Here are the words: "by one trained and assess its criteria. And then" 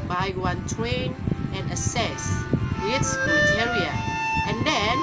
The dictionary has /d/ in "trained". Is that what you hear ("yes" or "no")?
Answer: no